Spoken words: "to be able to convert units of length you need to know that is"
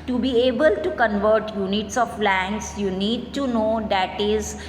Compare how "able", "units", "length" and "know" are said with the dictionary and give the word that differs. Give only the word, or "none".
length